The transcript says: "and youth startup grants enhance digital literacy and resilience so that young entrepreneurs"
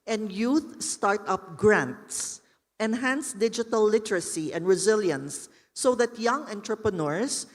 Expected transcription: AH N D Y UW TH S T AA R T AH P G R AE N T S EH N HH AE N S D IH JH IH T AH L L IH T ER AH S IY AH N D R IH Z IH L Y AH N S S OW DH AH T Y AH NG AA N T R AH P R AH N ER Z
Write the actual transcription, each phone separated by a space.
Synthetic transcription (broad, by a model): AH N D Y UW TH S T AA R T AH P G R AE N T S EH N HH AE N S D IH JH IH T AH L L IH T ER AH S IY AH N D R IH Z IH L Y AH N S S OW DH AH T Y AH NG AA N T R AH P R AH N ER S